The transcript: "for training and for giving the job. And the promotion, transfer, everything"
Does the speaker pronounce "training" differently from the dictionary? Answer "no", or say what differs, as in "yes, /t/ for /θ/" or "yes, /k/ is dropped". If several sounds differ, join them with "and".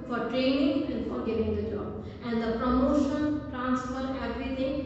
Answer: no